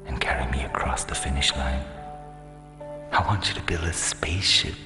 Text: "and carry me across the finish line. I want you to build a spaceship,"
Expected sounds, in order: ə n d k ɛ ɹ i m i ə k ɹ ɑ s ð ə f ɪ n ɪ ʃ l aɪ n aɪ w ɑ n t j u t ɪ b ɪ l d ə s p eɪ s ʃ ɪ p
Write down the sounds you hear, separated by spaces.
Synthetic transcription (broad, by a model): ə n k ɛ ɹ i m i ə k ɹ ɑ s ð ə f ɪ n ɪ ʃ l aɪ n aɪ w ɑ n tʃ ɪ t ɪ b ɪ l ə s p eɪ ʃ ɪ